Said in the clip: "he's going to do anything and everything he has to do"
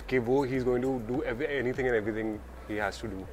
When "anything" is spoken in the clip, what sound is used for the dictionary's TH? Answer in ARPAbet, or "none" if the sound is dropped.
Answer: T